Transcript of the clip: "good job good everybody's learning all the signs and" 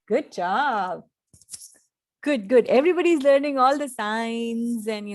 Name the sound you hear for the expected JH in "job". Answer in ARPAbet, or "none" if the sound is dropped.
CH